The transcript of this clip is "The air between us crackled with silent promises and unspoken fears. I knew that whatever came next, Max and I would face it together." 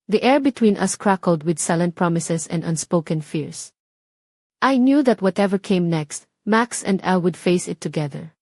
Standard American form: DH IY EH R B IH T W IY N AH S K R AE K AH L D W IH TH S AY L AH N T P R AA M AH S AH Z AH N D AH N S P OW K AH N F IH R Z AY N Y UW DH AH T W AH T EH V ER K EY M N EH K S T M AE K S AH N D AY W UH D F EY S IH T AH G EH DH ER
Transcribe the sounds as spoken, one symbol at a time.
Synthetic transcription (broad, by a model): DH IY EH R B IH T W IY N AH S K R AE K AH L D W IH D S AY L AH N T P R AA M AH S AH S AH N D AH N S P OW K AH N F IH R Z AY N Y UW DH AH T W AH T EH V ER K EY M N EH K S T M AE K S AH N D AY W UH D F EY S IH T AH G EH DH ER